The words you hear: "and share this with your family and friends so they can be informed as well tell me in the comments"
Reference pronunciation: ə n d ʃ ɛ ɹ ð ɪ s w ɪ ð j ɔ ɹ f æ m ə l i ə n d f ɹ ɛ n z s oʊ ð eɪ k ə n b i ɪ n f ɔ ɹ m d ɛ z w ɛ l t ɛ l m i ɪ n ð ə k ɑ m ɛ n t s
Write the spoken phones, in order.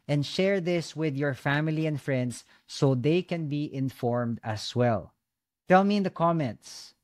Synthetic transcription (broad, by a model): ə n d ʃ ɛ ɹ ð ɪ s w ɪ ð j ɔ ɹ f æ m ə l i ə n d f ɹ ɛ n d s oʊ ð eɪ k ə n b i ɪ n f ɔ ɹ m d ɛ s w ɛ l t ɛ l m i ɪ n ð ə k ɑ m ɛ n t s